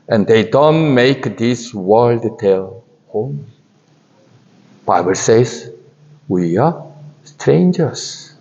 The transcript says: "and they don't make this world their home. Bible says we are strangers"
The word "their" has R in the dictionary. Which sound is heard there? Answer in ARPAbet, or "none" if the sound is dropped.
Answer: L